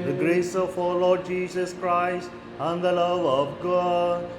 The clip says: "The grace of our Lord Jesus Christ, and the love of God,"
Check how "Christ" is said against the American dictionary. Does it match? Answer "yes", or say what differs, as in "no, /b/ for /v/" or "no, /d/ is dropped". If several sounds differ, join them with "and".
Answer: yes